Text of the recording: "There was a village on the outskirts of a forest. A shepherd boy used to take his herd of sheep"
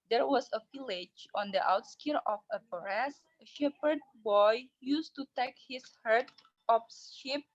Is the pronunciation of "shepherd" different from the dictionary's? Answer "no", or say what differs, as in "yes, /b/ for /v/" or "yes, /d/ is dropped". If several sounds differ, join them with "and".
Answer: no